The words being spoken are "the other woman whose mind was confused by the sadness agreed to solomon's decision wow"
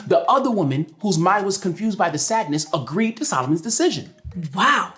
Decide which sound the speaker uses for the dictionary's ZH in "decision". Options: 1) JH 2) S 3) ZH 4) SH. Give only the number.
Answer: 3